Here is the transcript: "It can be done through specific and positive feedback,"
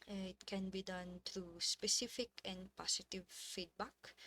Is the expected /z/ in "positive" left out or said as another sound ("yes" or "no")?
yes